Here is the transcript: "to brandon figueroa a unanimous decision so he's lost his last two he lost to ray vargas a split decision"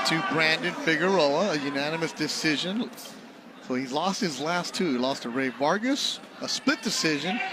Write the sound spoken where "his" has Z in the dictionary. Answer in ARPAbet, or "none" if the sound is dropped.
Z